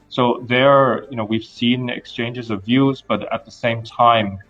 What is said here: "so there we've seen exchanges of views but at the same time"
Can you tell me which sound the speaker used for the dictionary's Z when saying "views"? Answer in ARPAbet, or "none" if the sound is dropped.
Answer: Z